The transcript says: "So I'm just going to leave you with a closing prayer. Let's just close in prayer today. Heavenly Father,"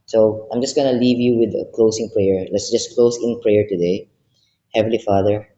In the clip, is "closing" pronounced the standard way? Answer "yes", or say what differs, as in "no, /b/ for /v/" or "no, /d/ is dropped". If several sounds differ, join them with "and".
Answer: no, /s/ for /z/